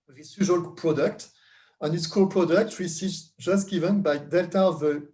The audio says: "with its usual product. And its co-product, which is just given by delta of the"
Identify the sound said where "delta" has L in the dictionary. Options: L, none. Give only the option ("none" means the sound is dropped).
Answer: L